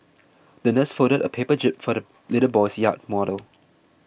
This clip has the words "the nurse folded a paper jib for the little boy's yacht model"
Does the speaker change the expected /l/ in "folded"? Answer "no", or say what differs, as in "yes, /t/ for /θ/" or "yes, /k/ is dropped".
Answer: yes, /l/ is dropped